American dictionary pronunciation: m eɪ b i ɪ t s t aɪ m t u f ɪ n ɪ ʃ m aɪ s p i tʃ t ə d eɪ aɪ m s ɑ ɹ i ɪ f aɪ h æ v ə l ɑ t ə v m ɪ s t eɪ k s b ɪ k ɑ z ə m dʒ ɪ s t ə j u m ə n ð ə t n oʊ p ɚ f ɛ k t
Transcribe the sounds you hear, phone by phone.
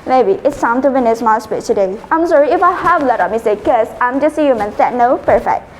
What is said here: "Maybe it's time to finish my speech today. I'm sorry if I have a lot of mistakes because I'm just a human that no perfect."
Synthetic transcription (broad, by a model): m eɪ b i ɪ t s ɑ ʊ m t u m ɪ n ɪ s m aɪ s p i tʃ t ə d eɪ aɪ m s ɑ ɹ i ɪ f aɪ h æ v ə l ɑ t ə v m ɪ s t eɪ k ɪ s ɑ ə m dʒ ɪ s ə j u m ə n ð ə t n oʊ p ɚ f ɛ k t